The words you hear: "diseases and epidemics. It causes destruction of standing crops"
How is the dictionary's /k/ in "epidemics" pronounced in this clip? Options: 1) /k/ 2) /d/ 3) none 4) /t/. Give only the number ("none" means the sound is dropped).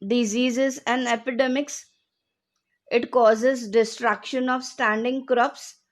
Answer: 1